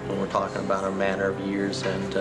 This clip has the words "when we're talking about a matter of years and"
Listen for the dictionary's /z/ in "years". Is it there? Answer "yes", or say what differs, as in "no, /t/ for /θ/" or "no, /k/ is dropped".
yes